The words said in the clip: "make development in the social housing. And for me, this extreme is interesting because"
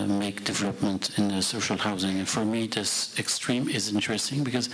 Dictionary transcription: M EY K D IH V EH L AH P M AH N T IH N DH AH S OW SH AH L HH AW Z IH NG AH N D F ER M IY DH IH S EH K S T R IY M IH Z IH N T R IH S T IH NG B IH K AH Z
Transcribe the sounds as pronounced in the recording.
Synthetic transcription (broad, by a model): M EY K D IH V EH L AH P M AH N T IH N DH AH S OW SH AH L HH AW Z IH NG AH N F ER M IY DH IH S EH K S T R IY M IH Z IH N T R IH S T IH NG B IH K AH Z